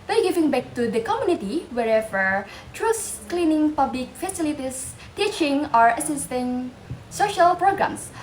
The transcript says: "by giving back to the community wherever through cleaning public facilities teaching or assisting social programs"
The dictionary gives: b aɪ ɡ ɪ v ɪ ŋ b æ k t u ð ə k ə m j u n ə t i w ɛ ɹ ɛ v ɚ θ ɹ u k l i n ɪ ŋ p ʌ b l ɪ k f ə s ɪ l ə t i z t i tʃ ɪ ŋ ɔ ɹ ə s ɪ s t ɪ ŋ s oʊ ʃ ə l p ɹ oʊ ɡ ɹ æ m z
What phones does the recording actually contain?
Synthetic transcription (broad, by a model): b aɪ ɡ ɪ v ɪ ŋ b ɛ k t u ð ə k ə m j u n ə t i w ɛ ɹ ɛ v ɚ t ɹ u k l i n ɪ ŋ p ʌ b l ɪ k f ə s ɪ l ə t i s t i tʃ ɪ ŋ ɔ ɹ ə s ɪ s t ɪ ŋ s oʊ ʃ ə l p ɹ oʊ ɡ ɹ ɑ m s